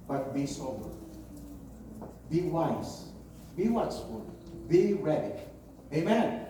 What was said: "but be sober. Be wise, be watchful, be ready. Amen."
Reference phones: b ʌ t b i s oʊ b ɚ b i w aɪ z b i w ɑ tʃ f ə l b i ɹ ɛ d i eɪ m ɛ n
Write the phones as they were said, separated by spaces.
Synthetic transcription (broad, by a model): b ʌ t b i s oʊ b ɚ b i w aɪ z b i w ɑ s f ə b i ɹ ɛ d i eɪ m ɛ n